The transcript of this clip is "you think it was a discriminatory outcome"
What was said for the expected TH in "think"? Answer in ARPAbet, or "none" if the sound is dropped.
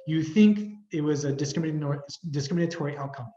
TH